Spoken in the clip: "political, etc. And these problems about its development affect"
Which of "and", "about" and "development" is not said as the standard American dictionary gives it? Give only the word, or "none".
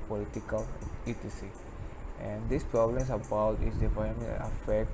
development